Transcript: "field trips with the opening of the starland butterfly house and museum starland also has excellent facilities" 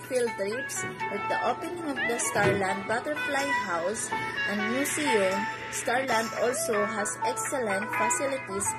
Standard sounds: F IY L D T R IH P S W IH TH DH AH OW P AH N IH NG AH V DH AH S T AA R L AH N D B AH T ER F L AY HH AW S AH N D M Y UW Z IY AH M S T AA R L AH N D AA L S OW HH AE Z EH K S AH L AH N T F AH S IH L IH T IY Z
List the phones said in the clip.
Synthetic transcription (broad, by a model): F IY L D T R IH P S W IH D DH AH OW P AH N IH NG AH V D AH S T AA R L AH N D B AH T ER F L AY HH AW S AH N D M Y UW S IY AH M S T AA R L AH N D AA L S OW HH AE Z EH K S AH L AH N T F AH S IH L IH T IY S